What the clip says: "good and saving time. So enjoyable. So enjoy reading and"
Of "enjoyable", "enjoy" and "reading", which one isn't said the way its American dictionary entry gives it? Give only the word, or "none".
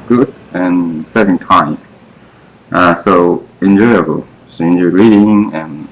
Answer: none